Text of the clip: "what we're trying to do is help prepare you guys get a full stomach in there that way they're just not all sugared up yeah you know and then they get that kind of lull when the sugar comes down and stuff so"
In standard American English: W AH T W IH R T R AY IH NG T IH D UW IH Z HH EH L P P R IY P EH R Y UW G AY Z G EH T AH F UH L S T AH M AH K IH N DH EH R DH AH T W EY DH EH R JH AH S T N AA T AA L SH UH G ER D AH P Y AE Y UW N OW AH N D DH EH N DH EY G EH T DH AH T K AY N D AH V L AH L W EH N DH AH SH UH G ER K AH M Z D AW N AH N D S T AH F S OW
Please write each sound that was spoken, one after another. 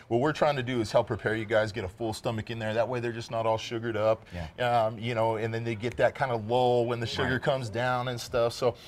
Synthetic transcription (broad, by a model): W AH T W IH R T R AY IH NG T IH D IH IH Z HH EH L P P R IY P EH R Y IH G AY Z G EH T AH F UH L S T AH M AH K IH N DH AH R DH AH T W EY DH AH R JH AH S N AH T AA L SH UH G ER D AH P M Y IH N OW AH N DH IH N DH EY G EH T DH AH T K AY N D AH L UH L W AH N DH AH SH UH G ER K AH M Z D AW N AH N S T AH F S OW